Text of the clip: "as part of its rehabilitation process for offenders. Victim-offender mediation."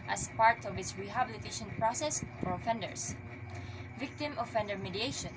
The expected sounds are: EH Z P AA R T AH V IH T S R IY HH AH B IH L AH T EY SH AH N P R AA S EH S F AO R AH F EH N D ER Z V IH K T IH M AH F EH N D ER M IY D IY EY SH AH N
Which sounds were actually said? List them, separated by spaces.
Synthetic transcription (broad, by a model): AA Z P AA R T AH V IH T S R IY HH AH B IH L AH T EY SH AH N P R AA S EH S F AO R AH F EH N D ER S V IH K T IH M AH F EH N D ER M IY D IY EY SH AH N